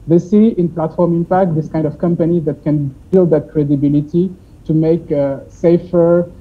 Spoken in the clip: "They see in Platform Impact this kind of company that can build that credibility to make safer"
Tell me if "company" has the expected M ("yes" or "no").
yes